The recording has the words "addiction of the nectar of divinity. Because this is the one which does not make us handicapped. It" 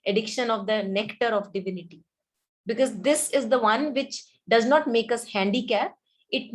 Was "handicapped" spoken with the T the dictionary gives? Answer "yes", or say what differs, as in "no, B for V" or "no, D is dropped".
no, T is dropped